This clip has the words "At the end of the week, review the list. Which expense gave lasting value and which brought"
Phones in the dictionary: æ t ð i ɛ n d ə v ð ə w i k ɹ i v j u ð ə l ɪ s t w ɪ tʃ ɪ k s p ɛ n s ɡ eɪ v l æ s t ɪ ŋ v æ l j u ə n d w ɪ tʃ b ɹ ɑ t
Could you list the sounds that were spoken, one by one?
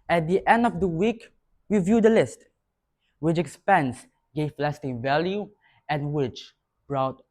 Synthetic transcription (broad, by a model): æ t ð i ɛ n d ə v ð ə w i k w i v j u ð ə l ɪ s t w ɪ tʃ ɪ k s p ɛ n s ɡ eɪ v l æ s t ɪ ŋ v æ l j u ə n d w ɪ tʃ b ɹ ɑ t